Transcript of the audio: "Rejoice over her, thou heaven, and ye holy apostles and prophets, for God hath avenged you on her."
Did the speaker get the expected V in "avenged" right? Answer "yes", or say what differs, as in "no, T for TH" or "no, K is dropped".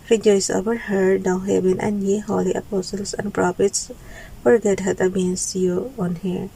no, B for V